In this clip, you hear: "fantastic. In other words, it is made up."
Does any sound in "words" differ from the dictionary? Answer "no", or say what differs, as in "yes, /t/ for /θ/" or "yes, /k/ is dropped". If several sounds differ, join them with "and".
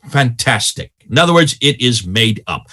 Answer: no